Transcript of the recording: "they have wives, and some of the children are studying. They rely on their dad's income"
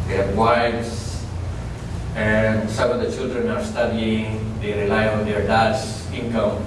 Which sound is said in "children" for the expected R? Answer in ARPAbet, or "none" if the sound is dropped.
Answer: R